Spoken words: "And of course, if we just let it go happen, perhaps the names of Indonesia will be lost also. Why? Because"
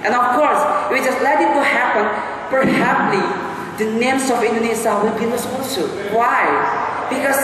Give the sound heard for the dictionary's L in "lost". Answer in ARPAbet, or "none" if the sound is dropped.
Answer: N